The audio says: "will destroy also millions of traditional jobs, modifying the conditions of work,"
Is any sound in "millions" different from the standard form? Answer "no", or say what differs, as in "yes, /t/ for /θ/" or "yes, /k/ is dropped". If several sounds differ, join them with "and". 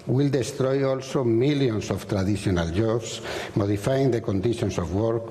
yes, /s/ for /z/